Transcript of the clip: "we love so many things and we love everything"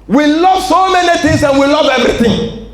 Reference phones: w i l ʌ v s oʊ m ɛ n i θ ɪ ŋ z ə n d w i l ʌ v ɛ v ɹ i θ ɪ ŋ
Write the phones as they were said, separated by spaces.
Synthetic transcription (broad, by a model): w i l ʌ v s oʊ m ɛ n i t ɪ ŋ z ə n w i l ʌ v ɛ v ɹ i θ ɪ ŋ